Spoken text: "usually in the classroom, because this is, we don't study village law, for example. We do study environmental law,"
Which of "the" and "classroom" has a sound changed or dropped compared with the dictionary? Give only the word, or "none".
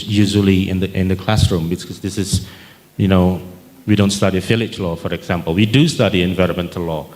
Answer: none